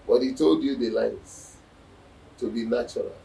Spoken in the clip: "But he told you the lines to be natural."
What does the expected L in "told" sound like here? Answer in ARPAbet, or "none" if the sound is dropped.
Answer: L